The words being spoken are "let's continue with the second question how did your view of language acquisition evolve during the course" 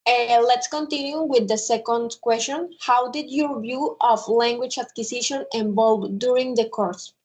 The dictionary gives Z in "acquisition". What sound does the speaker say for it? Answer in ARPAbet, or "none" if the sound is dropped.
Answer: S